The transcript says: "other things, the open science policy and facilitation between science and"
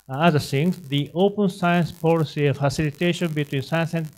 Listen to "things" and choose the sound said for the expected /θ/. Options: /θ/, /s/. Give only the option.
/s/